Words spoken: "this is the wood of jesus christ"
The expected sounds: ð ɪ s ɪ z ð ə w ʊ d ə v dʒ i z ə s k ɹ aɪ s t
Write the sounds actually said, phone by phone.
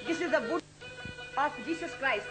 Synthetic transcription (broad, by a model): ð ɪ s ɪ z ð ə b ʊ ə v dʒ i s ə s k ɹ aɪ s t